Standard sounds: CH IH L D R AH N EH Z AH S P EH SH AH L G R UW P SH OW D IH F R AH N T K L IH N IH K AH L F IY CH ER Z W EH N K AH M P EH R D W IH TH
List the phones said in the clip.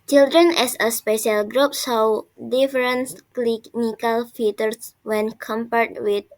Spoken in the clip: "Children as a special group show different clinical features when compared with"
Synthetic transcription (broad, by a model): CH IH L D R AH N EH S AH S P EH SH AH L G R UW P S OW D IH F R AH N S K L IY N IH K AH L F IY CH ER S W EH N K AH M P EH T W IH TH